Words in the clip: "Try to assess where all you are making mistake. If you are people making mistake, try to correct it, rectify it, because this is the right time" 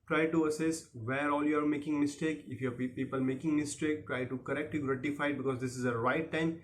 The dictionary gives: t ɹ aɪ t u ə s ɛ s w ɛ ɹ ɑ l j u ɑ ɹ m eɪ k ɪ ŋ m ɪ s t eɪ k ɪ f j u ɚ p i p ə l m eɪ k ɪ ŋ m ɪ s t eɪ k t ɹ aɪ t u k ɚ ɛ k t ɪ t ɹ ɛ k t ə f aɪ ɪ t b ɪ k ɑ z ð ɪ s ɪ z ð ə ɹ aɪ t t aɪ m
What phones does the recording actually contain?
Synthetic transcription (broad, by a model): t ɹ aɪ t u ə s ɛ s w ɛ ɹ ɑ l j u ɑ ɹ m eɪ k ɪ ŋ m ɪ s t eɪ k ɪ f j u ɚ p i p ə l m eɪ k ɪ ŋ m ɪ s t eɪ k t ɹ aɪ t u k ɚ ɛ k t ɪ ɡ ɹ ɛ t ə f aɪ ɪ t b ɪ k ɑ z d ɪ s ɪ z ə ɹ aɪ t t aɪ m